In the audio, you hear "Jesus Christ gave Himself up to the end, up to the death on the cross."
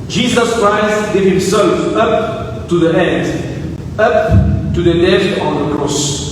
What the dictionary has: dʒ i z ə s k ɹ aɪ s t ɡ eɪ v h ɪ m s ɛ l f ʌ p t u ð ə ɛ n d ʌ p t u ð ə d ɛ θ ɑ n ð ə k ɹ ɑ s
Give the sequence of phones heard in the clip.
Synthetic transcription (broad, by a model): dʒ i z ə s k ɹ aɪ s t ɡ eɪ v h ɪ m s ɛ l f ʌ p t u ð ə ɛ n d ʌ p t u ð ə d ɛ f ɑ n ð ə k ɹ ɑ s